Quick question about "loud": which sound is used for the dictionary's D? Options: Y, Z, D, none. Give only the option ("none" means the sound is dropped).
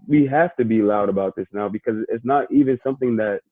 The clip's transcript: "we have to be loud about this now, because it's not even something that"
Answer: D